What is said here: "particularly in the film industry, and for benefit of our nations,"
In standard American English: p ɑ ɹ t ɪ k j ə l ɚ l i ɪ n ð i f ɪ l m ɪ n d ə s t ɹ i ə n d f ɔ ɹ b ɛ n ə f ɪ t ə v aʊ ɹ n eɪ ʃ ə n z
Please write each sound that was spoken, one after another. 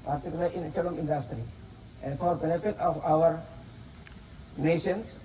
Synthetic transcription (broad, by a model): p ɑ ɹ t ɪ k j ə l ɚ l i ɪ n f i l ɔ m ɪ n d ə s t ɹ i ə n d f ɔ ɹ b ɛ n ə f ɪ t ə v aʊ ɹ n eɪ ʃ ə n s